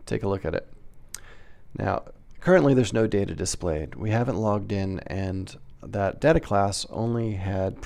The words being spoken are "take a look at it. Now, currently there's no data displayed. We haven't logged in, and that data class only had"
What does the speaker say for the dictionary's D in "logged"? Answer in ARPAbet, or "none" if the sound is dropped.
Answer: D